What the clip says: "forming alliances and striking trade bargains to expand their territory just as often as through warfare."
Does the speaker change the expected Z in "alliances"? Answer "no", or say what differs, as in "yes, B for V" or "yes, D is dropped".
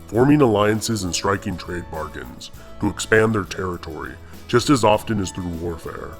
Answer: no